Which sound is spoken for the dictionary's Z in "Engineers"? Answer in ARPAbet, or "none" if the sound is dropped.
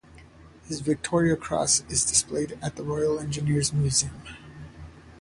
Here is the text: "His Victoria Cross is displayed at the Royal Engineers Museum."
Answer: Z